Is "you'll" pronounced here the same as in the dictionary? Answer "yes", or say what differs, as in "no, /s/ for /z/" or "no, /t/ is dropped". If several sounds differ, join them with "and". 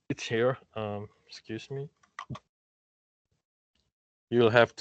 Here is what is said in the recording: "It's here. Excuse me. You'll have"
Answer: yes